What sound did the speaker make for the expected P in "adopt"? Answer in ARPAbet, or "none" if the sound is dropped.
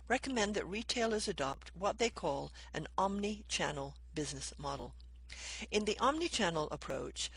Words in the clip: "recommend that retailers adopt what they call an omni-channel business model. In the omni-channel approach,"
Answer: P